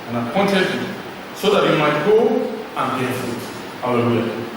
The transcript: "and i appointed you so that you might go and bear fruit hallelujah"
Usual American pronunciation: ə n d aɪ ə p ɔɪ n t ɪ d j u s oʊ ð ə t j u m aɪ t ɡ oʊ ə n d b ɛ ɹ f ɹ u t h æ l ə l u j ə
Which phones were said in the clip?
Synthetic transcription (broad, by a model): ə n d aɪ ə p ɔɪ n t ɪ d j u s oʊ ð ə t j u m aɪ t ɡ oʊ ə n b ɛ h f u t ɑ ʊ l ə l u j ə